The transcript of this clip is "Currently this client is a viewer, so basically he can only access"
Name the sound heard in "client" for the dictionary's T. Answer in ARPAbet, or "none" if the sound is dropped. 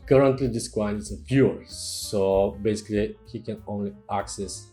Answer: none